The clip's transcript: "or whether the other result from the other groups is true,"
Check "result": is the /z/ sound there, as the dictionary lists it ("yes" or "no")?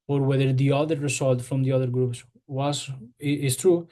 no